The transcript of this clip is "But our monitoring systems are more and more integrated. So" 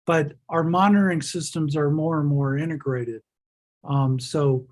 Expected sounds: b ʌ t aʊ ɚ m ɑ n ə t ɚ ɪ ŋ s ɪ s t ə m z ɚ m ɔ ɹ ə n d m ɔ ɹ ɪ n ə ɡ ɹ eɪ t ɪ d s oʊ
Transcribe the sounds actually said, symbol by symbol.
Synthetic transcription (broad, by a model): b ʌ t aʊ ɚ m ɑ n ə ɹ ɪ ŋ s ɪ s t ə m z ɚ m ɔ ɹ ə n m ɔ ɹ ɪ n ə ɡ ɹ eɪ t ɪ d s oʊ